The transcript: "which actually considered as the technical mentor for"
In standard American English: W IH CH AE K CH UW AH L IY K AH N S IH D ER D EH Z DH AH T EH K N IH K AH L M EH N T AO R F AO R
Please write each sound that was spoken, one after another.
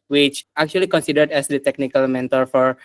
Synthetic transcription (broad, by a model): W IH CH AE K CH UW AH L IY K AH N S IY D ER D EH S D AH T EH K N IH K AH L M EH N T AO R F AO R